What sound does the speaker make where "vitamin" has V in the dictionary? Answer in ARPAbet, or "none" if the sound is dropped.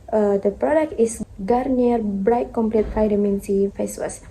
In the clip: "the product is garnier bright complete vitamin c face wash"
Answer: F